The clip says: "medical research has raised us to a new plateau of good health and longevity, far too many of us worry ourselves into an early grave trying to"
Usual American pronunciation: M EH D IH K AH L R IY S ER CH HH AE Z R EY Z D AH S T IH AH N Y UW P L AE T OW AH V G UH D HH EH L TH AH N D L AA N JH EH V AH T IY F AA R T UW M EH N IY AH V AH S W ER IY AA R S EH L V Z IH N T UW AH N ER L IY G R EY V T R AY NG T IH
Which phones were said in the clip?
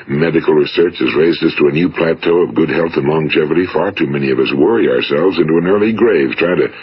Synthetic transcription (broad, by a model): M EH D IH K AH L R IY S ER CH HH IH Z R EY Z D AH S T IH AH N Y UW P L AE T OW AH V G UH D HH EH L TH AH N L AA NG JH EH V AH T IY F AA R T UW M EH N IY AH V AH S W ER IY AA R S EH L V Z IH N T UW AH N ER L IY G R EY V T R AY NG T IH